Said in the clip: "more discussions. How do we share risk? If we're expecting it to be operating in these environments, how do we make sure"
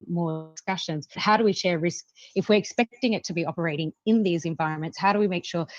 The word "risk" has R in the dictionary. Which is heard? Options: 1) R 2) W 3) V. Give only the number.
1